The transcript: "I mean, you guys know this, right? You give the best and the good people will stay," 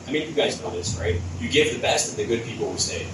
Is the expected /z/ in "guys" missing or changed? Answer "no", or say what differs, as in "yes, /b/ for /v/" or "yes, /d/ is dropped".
no